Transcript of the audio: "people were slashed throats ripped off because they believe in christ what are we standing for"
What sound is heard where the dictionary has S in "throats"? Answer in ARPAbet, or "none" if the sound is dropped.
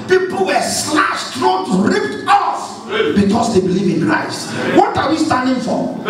none